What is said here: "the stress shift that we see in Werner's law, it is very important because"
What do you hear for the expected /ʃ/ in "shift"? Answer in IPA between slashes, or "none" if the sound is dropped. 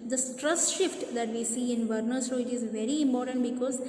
/ʃ/